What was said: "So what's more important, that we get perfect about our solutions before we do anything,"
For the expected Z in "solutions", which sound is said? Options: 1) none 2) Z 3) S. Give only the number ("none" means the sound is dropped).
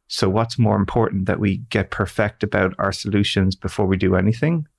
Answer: 2